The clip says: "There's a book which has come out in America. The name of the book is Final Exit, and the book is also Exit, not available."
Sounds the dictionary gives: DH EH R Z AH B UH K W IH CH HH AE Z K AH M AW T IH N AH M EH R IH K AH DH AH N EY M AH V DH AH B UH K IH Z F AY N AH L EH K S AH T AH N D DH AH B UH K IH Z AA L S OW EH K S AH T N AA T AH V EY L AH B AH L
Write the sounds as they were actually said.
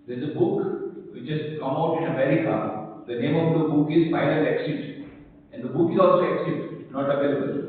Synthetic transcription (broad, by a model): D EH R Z AH B UH K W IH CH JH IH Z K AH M AW T IH N AH M EH R IH K AH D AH N EY M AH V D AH B UH K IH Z P AY L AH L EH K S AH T AH N D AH B UH K IH Z AA L S OW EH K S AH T N AA T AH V EY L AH B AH L